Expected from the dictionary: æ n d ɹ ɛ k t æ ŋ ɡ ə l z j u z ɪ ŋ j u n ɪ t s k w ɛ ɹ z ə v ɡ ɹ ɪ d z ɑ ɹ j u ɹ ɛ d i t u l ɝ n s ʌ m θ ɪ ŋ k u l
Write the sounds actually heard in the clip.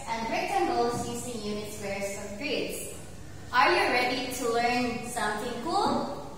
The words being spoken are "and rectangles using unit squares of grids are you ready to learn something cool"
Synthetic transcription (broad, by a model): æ n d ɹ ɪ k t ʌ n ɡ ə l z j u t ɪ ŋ j u n ɪ t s w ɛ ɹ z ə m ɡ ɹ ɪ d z ɑ ɹ j u ɹ ɛ d i t u l ɝ n s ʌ m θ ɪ ŋ k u l